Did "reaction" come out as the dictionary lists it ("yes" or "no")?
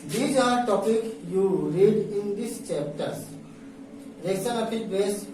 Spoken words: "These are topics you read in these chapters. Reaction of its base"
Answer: no